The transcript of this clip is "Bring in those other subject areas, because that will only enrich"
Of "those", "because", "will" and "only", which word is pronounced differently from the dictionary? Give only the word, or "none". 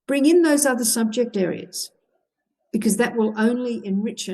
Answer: none